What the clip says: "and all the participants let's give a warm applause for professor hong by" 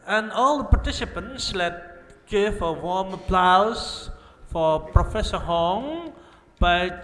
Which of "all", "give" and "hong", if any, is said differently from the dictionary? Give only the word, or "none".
give